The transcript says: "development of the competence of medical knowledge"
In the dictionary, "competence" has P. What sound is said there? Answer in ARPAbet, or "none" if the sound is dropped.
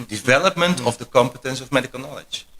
P